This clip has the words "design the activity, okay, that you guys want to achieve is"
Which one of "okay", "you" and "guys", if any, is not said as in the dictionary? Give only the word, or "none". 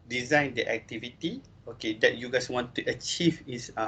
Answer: guys